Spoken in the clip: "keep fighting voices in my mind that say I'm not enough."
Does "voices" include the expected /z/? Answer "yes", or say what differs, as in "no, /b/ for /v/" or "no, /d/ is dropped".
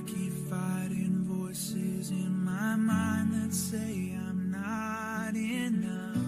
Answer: yes